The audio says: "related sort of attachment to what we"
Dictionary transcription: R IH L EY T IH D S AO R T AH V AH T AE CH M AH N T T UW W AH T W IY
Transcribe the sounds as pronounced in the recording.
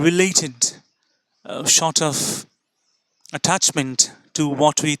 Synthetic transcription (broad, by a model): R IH L EY T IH D SH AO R T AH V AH T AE CH M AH N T T UW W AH T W IY